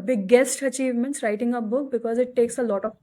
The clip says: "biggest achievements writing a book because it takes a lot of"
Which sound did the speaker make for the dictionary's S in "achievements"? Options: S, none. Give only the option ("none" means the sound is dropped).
S